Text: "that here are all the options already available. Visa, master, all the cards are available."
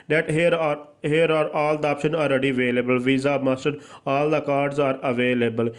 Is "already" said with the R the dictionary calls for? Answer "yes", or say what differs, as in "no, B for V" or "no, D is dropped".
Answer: yes